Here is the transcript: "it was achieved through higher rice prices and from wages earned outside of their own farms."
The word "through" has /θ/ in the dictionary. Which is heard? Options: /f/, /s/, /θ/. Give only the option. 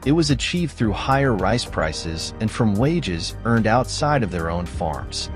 /θ/